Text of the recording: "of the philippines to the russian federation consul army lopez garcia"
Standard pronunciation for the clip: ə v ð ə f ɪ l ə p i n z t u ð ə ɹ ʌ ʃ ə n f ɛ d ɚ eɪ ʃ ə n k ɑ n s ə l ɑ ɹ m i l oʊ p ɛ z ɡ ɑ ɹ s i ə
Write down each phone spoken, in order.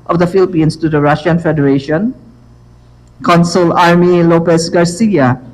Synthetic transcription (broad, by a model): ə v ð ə f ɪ l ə p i n s t u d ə ɹ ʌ ʃ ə n f ɛ d ɚ eɪ ʃ ə n k ɑ n s ə l ɑ ɹ m i l oʊ p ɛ s ɡ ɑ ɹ s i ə